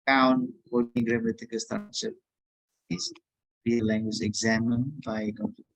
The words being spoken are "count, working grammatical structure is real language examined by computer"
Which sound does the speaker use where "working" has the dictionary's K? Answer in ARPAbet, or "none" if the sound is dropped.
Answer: none